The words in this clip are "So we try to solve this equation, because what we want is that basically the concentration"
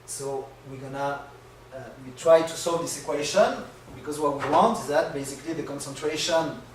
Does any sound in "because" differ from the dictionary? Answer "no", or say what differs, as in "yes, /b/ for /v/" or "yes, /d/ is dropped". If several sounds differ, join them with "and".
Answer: no